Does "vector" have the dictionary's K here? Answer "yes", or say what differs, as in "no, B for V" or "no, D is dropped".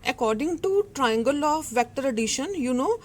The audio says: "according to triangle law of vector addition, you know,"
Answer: yes